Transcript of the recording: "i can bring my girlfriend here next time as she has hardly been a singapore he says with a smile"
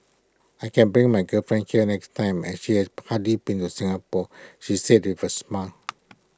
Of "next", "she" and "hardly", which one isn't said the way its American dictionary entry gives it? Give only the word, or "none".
hardly